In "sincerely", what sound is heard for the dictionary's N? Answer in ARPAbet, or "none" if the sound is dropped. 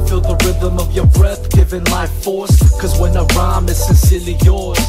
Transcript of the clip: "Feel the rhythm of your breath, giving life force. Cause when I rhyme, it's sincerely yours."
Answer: N